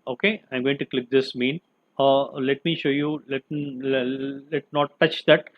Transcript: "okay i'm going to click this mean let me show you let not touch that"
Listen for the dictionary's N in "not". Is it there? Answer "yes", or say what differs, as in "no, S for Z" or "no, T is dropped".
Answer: no, L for N